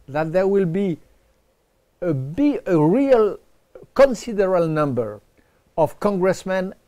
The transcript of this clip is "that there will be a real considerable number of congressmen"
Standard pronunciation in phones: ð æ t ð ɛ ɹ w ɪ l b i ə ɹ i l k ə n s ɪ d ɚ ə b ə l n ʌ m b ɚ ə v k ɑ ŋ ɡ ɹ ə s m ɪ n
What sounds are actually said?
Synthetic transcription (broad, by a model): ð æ t ð ɛ ɹ w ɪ l b i ə ɹ i l k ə n s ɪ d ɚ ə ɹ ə l n ʌ m b ɚ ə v k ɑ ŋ ɡ ɹ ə s m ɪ n